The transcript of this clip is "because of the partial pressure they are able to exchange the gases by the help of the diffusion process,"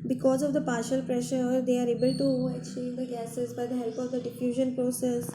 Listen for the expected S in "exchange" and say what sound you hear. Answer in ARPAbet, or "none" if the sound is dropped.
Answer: none